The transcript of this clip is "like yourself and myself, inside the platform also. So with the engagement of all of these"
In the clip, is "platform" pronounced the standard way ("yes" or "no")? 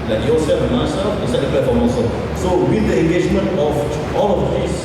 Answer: no